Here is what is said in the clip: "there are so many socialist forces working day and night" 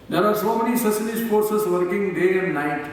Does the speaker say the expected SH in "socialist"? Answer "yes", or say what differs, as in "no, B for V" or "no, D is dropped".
no, S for SH